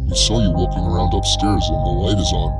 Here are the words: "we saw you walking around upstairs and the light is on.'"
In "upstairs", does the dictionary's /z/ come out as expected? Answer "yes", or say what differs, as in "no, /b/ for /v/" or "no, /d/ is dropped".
yes